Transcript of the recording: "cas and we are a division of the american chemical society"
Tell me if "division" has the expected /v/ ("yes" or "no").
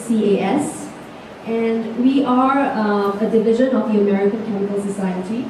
yes